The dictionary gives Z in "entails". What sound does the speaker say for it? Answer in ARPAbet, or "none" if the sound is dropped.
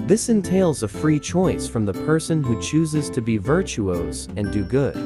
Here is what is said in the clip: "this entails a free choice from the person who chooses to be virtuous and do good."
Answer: Z